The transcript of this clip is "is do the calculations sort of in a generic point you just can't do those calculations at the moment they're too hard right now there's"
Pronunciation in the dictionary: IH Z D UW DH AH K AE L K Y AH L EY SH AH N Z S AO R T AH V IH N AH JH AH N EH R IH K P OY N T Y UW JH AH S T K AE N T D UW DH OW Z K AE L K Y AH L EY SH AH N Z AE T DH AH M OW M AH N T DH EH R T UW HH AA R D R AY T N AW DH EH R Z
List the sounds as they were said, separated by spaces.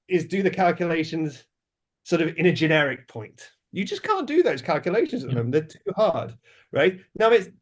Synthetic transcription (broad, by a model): IH Z D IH DH AH K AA L K Y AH L EY SH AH N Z S AO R T AH V IH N AH JH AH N EH R IH K P OY N T Y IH JH AH S K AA N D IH DH OW Z K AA L K Y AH L EY SH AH N Z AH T DH AH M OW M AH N DH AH R T UW HH AA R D R AY T N AW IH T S